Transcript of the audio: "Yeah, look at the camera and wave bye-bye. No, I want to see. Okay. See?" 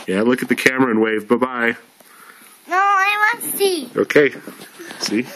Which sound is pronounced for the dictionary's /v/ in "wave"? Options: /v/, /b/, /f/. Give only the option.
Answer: /v/